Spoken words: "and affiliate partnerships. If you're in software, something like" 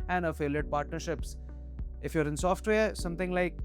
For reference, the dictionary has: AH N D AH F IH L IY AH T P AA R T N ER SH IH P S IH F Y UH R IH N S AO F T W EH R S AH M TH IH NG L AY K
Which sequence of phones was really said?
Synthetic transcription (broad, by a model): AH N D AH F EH L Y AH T P AA R T N ER SH IH P S IH F Y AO R IH N S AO F T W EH R S AH M T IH NG L AY K